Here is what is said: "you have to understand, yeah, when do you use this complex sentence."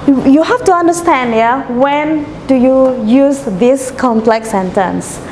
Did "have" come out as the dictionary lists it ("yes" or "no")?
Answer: no